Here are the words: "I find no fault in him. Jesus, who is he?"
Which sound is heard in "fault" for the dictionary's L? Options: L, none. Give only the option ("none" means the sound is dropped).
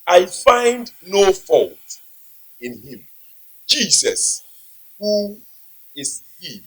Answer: L